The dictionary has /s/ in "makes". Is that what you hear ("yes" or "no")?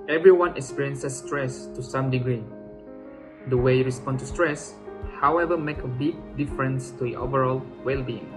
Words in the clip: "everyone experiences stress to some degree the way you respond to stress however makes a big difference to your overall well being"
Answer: no